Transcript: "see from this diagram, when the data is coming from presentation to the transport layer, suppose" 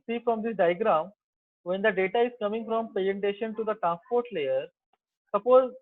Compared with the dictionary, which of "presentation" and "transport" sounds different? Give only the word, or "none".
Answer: presentation